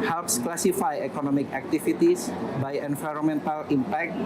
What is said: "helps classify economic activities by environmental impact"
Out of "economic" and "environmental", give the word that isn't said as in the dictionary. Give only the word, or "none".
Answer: environmental